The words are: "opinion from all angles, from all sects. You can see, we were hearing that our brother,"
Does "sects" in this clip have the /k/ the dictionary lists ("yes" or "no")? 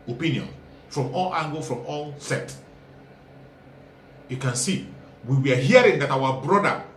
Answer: no